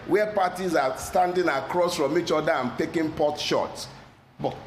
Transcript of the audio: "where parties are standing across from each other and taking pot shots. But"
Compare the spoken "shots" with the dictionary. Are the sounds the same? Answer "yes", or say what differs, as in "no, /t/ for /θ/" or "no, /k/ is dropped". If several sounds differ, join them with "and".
no, /s/ is dropped